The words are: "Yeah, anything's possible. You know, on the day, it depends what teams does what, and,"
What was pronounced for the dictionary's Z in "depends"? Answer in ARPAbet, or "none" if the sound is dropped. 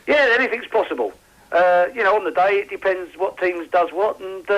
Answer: Z